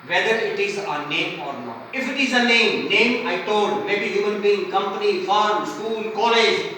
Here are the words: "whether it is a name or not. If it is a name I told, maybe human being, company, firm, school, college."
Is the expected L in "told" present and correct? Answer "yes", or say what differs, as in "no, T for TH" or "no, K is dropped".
no, N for L